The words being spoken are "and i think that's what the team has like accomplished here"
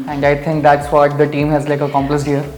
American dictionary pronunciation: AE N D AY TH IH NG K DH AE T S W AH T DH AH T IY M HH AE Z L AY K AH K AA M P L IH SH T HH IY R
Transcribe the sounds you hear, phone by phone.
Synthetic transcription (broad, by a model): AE N D AY T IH NG K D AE T S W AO T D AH T IY M HH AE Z L AY K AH K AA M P L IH S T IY R